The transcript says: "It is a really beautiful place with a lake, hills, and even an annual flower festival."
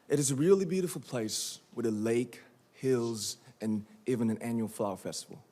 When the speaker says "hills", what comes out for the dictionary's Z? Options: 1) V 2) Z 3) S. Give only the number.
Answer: 2